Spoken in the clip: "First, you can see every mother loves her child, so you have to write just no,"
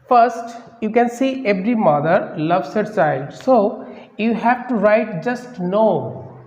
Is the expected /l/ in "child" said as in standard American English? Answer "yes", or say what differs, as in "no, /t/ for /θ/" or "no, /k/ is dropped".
no, /l/ is dropped